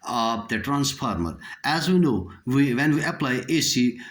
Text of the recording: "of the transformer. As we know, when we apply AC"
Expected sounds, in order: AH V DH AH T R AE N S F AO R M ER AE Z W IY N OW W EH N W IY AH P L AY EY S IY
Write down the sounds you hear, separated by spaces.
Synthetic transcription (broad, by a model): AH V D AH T R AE N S P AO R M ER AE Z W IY N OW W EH N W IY AH P L AY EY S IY